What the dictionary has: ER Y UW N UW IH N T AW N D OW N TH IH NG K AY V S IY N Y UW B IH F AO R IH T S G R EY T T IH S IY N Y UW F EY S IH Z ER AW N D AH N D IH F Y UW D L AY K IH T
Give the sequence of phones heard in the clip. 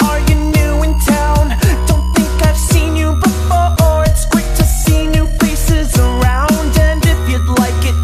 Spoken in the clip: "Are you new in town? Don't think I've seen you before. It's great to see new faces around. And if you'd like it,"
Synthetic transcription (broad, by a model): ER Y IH N UW IH N T AW N D OW N TH IH NG K AY V S IY N Y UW B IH F AO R IH T S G W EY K T IH S IY N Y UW P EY S IH Z ER AW N D AH N D IH F Y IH D L AY K IH T